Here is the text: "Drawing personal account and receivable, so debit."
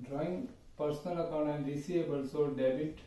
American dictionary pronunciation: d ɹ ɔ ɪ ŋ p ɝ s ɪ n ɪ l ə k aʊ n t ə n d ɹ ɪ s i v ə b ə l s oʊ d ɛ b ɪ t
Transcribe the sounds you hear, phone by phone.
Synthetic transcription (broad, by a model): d ɹ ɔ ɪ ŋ p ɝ s n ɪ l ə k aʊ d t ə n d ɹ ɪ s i ə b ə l s oʊ d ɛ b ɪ t